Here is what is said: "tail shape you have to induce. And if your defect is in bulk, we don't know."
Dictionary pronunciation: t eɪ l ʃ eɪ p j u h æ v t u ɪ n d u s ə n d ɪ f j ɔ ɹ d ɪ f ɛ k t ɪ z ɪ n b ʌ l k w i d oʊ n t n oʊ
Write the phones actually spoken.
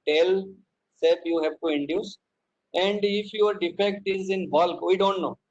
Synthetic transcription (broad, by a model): t eɪ l s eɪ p j u h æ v t u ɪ n d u s ə n d ɪ f j ɔ ɹ d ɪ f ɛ k t ɪ z ɪ n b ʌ l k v i d oʊ n t n oʊ